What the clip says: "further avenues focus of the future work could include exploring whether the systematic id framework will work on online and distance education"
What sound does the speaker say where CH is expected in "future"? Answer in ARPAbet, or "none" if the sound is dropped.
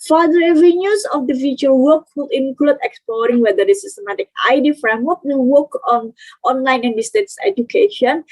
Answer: none